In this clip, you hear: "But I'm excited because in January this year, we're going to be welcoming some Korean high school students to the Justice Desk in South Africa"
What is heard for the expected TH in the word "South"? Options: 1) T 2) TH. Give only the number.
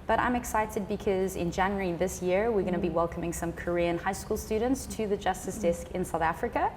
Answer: 2